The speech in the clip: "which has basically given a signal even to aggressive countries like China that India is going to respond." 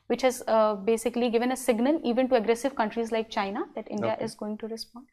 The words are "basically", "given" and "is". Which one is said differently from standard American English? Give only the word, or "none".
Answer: none